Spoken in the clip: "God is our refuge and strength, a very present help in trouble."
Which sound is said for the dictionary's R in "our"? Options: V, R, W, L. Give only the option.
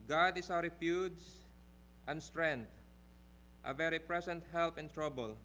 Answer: W